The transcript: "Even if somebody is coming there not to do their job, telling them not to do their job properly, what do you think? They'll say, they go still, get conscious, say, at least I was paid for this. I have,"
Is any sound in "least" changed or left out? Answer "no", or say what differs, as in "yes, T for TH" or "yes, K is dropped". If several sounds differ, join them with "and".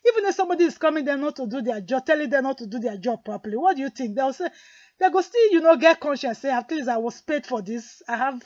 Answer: yes, T is dropped